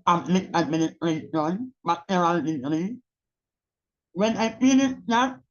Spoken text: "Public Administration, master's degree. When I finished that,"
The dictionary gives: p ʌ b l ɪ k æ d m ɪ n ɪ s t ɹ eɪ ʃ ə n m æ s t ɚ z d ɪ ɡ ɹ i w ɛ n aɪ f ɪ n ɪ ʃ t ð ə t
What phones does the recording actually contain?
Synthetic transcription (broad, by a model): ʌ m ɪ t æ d m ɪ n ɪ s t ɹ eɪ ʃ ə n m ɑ t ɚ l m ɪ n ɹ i w ɛ n aɪ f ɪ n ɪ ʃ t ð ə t